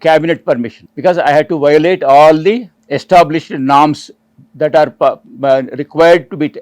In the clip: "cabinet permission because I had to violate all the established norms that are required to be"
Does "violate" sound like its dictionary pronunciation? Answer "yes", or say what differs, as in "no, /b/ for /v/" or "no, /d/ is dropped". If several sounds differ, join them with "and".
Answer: yes